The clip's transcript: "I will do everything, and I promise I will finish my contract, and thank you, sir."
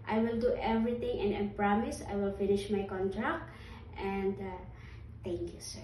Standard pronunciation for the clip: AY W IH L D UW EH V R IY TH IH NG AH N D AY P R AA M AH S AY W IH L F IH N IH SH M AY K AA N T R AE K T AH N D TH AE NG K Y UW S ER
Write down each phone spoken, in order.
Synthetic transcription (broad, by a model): AY W IH L D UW EH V R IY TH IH NG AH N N P R AA M AH S AY W IH L F IH N IH SH M AY K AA N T R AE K T AH N D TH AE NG K Y UW S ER